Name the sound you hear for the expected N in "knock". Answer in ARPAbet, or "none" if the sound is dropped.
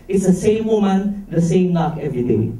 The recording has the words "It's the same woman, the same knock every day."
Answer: L